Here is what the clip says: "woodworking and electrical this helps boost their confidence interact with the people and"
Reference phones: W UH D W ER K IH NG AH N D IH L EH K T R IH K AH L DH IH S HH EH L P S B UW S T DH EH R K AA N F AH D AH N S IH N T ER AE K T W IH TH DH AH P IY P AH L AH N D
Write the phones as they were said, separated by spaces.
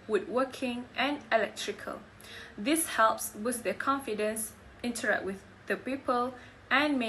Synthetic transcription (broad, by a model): W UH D W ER K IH NG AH N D IH L EH K T R IH K AH L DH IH S HH EH L P S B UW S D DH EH K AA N F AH D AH N S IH N T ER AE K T W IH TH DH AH P IY P AH L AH N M